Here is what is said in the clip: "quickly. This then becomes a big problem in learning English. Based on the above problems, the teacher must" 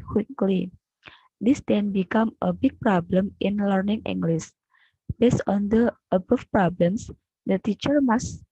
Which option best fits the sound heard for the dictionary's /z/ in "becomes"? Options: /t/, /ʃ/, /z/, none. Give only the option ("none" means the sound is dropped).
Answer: none